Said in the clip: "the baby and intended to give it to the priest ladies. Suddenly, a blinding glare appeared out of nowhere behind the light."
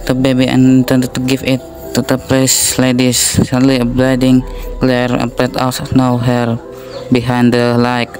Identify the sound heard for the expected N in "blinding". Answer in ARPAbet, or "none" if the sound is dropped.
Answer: none